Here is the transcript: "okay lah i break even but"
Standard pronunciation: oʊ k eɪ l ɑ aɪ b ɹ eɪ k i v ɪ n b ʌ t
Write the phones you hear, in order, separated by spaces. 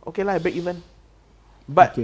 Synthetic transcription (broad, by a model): oʊ k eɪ l ɑ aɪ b eɪ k i v ɪ n b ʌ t